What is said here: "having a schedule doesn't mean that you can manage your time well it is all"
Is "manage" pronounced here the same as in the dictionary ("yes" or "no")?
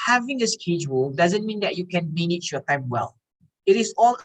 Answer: no